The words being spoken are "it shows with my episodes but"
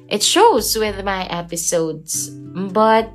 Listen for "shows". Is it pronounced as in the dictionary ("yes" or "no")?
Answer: yes